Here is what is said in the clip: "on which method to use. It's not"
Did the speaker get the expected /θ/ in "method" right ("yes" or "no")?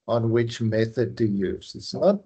yes